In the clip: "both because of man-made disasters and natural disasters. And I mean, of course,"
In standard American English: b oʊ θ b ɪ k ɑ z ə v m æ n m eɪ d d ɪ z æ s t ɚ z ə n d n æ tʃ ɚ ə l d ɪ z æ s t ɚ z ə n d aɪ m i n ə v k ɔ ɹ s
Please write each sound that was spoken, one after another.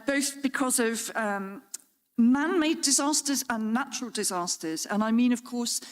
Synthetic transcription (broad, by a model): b oʊ θ b ɪ k ɑ z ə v m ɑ n m eɪ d d ɪ z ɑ s t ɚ z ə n n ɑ tʃ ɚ ə l d ɪ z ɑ s t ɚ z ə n aɪ m i n ə v k ɔ s